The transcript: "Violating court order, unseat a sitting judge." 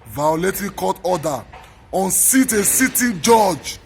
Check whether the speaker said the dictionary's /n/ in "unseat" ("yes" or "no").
yes